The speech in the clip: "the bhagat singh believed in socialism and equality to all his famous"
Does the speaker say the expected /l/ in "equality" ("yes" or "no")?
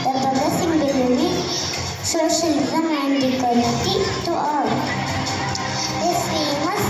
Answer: no